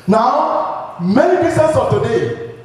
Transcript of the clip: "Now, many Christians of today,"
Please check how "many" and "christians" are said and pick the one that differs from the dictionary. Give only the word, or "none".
christians